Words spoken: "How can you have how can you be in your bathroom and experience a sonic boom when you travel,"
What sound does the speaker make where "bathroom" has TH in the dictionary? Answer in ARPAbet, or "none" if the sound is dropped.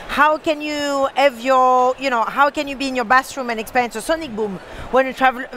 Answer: S